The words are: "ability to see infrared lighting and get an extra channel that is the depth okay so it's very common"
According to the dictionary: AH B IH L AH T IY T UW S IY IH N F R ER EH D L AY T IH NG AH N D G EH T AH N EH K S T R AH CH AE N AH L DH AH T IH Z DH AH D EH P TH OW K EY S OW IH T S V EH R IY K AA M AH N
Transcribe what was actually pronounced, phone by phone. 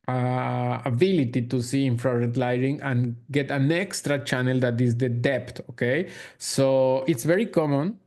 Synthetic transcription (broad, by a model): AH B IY L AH T IY T UW S IY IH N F R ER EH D L AY T IH NG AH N G EH T AH N EH K S T R AH CH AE N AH L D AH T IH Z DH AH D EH P T OW K EY S OW IH T S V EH R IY K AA M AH N